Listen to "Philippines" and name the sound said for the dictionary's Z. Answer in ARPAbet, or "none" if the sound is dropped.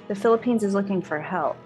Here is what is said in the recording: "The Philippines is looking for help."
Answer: Z